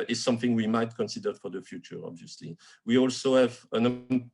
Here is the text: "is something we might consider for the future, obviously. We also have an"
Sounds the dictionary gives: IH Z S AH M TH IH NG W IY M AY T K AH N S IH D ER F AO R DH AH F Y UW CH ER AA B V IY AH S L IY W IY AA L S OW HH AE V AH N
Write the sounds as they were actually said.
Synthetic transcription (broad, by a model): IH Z S AH M TH IH NG W IY M AY T K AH N S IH D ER F AO R DH AH F Y UW CH ER AA B V IY AH S L IY W IY AA L S OW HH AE V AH N